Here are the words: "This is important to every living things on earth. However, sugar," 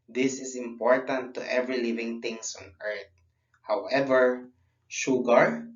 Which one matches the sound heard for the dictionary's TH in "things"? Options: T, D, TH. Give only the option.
T